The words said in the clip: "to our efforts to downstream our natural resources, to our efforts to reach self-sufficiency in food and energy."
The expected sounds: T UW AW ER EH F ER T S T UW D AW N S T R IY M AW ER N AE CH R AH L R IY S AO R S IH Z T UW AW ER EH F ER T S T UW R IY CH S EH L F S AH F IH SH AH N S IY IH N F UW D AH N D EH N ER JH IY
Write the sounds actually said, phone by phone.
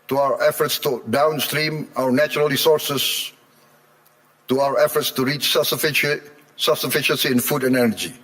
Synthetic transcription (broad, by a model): T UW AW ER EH F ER T S T UW D AW N S T R IY M AW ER N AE CH R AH L R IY S AO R S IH S T UW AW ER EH F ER T S T UW R IY CH S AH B S AH F IH SH AH N S IY IH N F UW D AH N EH N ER JH IY